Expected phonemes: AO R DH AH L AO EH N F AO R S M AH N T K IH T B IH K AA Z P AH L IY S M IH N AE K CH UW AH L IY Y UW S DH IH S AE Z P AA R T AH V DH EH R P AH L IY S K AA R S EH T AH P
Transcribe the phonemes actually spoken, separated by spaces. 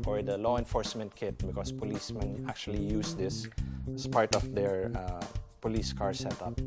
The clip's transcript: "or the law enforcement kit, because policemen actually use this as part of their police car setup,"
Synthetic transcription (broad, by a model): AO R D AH L AO EH N F AO R S M AH N T K IH T B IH K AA S P AH L IY S M IH N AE K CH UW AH L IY Y UW S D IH S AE S P AA R T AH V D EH R P AH L IY S K AA R S EH T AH P